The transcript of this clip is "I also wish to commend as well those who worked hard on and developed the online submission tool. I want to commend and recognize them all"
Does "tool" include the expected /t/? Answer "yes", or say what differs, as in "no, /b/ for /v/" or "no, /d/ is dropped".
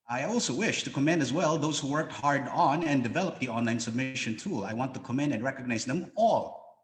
yes